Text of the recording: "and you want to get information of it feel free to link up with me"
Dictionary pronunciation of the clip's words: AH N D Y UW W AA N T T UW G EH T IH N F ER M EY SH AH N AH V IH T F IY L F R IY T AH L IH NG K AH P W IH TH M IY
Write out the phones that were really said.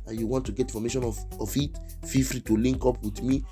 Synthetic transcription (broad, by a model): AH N Y UW W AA N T T UW G EH T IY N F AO M EY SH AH N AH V IH T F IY F R IY T AH L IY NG K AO P W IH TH M IY